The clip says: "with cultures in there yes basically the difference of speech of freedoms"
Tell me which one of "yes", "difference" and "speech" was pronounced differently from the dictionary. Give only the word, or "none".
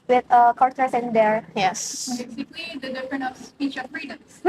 difference